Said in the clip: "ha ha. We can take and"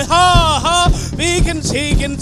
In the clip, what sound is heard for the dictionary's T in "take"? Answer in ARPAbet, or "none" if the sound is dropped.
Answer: S